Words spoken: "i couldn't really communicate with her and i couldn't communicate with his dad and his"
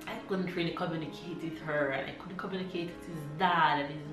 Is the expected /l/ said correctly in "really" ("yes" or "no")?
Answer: no